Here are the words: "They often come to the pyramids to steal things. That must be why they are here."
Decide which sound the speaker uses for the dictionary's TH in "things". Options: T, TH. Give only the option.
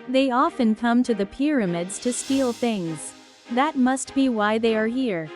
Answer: TH